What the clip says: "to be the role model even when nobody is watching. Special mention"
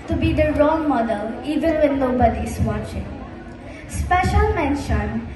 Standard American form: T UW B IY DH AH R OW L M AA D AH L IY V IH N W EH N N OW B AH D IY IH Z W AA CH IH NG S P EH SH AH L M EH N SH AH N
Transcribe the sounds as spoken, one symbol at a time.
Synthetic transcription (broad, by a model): T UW B IY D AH R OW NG M AA D AH L IY V IH N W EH N L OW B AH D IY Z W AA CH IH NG S P EH SH AH L M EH N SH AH N